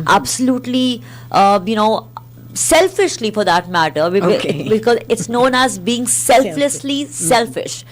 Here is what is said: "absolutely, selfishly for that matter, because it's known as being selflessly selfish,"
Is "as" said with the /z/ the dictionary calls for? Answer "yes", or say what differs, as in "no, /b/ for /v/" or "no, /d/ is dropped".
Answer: yes